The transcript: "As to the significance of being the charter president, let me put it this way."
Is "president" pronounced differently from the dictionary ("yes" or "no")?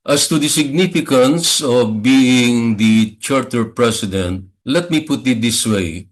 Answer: yes